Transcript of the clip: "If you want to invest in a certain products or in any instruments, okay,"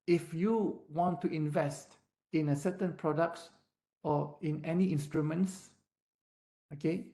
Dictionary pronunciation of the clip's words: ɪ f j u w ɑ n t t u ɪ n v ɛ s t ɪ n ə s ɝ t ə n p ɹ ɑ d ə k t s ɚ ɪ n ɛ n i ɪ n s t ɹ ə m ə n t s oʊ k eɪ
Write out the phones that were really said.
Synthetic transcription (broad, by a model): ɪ f j u w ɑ n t t u ɪ n v ɛ s t ɪ n ə s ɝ t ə n p ɹ ɑ d ə k t s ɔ ɪ n ɛ n i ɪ n s t ɹ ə m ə n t s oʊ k eɪ